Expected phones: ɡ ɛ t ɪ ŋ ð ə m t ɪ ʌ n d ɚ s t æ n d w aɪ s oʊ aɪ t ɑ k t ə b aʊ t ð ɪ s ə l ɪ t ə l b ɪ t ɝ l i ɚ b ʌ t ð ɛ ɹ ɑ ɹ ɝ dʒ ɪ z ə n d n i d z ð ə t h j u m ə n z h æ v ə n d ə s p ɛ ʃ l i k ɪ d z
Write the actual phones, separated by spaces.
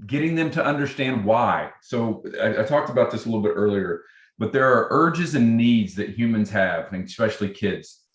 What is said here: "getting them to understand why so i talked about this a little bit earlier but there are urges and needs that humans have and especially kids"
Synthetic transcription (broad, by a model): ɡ ɛ t ɪ ŋ ð ə m t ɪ ʌ n d ɚ s t æ n d w aɪ s oʊ aɪ t ɑ k t ə b aʊ t ð ɪ s ə l ɪ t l b ɪ t ɝ l i ɚ b ʌ t ð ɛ ɹ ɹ ɝ dʒ ɪ z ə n n i d z ð ə t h j u m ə n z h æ v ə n s p ɛ ʃ l i k ɪ d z